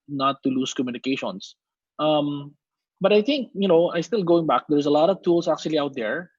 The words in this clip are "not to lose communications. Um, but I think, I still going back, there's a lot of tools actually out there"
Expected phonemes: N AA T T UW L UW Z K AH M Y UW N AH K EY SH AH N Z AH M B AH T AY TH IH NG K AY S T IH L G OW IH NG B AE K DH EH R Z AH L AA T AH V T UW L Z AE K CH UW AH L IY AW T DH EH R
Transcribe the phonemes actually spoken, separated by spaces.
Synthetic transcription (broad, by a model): N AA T T UW L UW S K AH M Y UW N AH K EY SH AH N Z AH M B AH T AY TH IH NG K AY S T IH L G OW IH NG B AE K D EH R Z AH L AA T AH V T UW L S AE K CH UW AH L IY AW T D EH R